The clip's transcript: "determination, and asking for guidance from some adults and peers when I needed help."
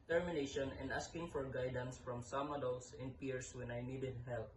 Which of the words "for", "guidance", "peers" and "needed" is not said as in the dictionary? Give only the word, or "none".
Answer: peers